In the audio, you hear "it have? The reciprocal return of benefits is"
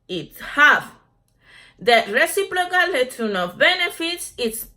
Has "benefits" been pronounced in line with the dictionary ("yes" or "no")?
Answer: yes